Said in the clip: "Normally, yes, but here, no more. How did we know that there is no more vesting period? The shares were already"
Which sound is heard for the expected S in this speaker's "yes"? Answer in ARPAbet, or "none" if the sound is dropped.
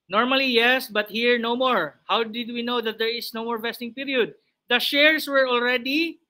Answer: S